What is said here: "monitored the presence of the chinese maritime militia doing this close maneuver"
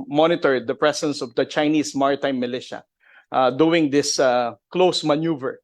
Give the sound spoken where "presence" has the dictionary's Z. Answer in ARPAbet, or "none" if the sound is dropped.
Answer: S